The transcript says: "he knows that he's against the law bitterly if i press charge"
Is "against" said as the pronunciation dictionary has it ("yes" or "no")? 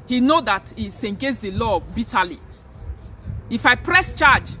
no